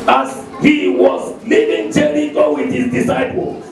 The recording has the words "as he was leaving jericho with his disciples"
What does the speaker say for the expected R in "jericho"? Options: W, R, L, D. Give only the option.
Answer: L